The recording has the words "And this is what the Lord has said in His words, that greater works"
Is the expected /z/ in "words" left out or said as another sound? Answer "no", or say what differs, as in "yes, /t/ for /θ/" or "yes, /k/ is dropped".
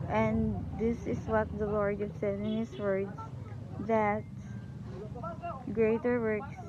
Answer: yes, /s/ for /z/